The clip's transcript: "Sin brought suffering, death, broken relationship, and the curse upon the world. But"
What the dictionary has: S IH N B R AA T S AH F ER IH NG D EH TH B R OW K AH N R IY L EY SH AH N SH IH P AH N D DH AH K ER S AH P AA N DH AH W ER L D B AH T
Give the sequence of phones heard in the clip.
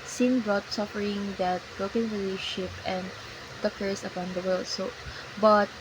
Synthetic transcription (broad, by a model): S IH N B R AA T S AH F ER IH NG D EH T B R OW K AH N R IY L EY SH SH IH P AH N D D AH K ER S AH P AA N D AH W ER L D B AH T